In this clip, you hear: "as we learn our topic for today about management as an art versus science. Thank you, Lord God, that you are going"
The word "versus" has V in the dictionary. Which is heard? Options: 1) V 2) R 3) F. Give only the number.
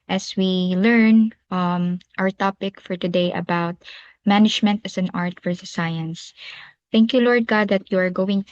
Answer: 3